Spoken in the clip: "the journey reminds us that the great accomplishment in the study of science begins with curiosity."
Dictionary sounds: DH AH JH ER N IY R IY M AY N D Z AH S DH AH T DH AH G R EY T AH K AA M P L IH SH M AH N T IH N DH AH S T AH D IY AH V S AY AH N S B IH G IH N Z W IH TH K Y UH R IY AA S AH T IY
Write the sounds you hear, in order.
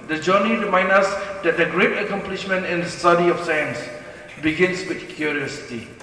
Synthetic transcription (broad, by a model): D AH JH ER N IY R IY M AY N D AH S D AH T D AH G R EY T AH K AA M P L IH SH M AH N T IH N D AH S T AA D IY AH F S AY AH N S B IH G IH N S W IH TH K Y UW R IY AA S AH T IY